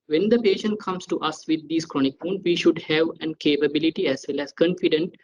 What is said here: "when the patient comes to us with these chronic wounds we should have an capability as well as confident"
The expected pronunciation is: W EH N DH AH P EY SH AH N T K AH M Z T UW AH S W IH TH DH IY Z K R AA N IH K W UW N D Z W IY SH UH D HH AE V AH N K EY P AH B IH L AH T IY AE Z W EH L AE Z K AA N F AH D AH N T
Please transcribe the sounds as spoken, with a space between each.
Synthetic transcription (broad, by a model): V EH N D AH P EY SH AH N T K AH M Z T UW AH S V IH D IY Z K R AA N IH K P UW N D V IY SH UH D HH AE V AH N K EY P AH B IH L AH T IY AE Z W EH L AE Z K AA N F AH D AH N T